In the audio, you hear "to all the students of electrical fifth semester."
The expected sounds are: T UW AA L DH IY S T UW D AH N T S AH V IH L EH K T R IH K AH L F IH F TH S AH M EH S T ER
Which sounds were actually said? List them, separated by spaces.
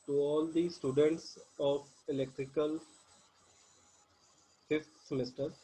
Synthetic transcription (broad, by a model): T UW AA L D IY S T UW D AH N T S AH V IH L EH K T R IH K AH L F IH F T S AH M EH S T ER